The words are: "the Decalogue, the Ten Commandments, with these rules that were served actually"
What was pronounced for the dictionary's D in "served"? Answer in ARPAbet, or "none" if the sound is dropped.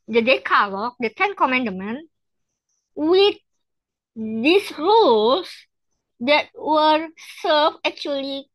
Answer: none